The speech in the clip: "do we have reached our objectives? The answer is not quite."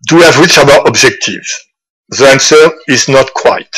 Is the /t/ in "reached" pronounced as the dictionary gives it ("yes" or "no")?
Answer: no